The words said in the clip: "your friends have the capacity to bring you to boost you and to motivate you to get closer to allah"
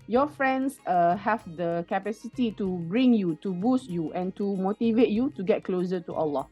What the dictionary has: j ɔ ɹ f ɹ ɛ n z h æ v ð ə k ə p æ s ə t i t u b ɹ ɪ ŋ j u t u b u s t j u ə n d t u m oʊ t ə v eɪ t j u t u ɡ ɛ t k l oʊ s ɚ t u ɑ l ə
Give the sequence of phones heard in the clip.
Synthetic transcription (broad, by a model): j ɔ f ɹ ɛ n s h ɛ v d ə k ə p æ s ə t i t u b ɹ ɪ ŋ j u t u b u s t j u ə n t u m oʊ t ə v eɪ t j u t u ɡ ɛ t k l oʊ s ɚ t u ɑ l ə